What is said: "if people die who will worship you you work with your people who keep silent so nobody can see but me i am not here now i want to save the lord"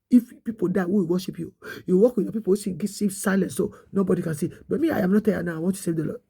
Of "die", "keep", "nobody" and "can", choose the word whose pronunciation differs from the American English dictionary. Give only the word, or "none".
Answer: keep